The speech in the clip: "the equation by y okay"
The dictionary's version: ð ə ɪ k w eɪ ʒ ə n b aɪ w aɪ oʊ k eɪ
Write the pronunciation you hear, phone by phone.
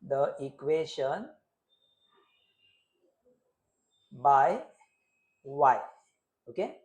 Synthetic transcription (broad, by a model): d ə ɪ k w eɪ ʃ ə n b aɪ w aɪ oʊ k eɪ